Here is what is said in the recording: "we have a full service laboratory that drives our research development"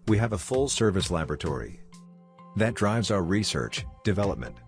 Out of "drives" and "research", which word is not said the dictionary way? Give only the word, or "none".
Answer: none